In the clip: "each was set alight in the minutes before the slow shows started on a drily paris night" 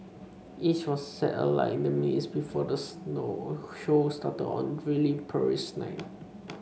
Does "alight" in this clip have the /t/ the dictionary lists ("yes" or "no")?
no